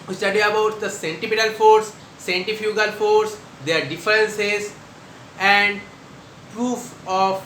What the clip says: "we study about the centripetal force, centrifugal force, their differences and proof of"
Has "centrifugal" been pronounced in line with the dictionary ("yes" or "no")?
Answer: no